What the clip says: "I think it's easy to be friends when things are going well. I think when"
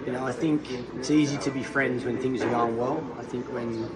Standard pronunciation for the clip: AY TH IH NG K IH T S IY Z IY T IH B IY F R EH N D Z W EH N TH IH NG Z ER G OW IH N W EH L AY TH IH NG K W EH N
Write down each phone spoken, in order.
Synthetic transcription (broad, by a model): AY TH IH NG K IH T S IY Z IY T IH B IY F R EH N D Z W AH N TH IH NG Z ER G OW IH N W EH L AY TH IH NG K W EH N